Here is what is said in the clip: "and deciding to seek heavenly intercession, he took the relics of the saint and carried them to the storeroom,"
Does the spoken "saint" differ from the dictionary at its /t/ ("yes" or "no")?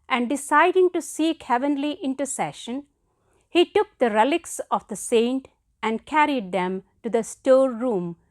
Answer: no